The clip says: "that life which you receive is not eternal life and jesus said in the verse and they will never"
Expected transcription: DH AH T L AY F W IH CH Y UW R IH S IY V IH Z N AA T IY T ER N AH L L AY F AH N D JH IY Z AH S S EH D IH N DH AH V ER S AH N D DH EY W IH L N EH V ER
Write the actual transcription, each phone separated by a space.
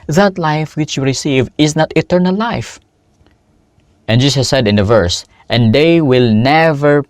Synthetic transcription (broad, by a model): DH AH T L AY F W IH CH Y UW R IH S IY V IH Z N AA T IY T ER N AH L L AY F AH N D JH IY S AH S S EH D IH N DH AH V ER S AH N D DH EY W IH L N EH V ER